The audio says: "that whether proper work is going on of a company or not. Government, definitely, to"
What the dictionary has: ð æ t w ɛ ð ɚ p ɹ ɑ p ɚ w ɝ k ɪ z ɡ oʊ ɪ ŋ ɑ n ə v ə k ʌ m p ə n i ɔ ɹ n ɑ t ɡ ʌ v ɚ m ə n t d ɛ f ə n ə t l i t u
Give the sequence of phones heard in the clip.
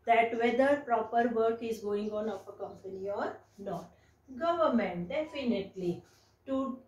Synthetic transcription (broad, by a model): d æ t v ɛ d ɚ p ɹ ɑ p ɚ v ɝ k ɪ z ɡ oʊ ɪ ŋ ɑ n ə p ə k ʌ m p ə n i ɔ ɹ n ɑ t ɡ ʌ v ɚ m ə n t d ɛ f ə n ə t l i t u